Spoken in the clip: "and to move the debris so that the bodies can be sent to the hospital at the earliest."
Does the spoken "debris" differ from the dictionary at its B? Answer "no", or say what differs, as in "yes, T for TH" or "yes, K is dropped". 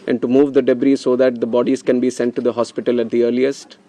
no